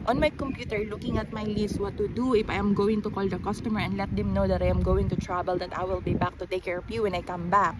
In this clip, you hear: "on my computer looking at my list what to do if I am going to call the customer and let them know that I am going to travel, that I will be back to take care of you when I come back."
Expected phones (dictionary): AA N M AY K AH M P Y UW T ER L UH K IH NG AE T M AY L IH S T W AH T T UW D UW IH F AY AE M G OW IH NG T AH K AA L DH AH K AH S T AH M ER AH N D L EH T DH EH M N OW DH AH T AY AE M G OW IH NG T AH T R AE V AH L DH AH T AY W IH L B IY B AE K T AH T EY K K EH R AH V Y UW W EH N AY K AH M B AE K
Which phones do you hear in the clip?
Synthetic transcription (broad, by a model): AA N M AY K AH M P Y UW T ER L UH K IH NG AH T M AY L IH S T W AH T T UW D UW IH F AY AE M G OW IH NG T AH K AA L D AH K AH S T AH M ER AH N D L EH T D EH M N OW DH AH T AY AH M G OW IH NG T AH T R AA B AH L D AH T AY W IH L B IY B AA K T AH T EY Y K EH R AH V Y UW W EH N AY K AH M B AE K